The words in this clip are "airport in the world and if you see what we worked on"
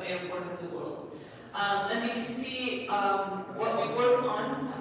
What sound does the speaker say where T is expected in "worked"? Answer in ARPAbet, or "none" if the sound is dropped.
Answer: none